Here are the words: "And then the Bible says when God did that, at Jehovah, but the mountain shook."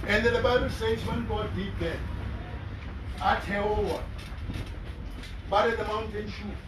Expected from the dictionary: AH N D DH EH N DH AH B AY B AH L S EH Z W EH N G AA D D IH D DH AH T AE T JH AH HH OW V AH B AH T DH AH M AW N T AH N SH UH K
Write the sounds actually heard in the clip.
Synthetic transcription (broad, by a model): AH N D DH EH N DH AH B AY B AH L S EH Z W EH N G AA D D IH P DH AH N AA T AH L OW W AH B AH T DH AH M AW N T AH N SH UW